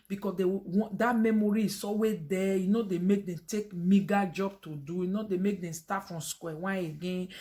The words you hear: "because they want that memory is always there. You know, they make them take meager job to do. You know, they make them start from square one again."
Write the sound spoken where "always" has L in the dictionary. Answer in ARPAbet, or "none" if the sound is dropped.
none